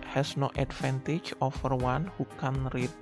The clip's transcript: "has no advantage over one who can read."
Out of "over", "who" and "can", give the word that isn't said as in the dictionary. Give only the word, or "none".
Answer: over